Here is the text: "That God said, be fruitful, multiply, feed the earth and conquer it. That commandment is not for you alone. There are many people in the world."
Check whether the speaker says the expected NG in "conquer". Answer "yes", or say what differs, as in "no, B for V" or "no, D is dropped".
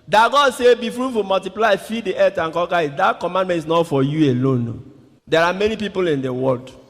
no, NG is dropped